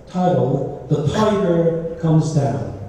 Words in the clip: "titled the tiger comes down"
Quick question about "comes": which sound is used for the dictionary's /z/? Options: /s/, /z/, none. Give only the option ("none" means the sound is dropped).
/z/